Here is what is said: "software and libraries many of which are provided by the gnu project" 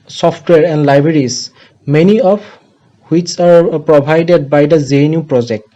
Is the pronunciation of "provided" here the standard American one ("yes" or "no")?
no